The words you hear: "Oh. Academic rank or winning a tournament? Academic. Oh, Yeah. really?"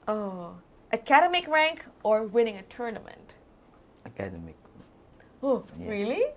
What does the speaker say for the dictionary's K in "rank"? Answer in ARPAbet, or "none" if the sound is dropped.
K